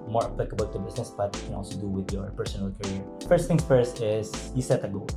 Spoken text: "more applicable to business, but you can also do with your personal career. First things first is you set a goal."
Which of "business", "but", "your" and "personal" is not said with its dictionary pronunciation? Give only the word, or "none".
business